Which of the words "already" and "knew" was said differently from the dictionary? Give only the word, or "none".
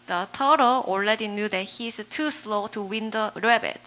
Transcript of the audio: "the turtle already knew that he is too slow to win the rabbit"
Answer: already